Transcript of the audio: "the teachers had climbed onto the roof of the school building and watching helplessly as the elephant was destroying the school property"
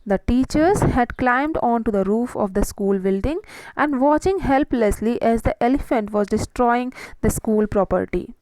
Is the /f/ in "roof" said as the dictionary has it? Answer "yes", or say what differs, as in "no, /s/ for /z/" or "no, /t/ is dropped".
yes